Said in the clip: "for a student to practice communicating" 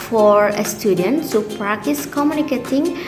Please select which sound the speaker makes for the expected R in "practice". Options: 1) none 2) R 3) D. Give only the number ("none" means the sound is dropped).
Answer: 2